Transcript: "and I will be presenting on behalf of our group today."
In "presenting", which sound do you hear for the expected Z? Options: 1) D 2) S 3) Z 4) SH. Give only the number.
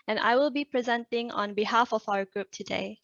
3